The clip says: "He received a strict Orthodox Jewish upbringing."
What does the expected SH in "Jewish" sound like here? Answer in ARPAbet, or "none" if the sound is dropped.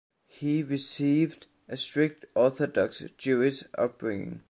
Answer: S